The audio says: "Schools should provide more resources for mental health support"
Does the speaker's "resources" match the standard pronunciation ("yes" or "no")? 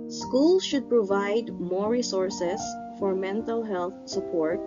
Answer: no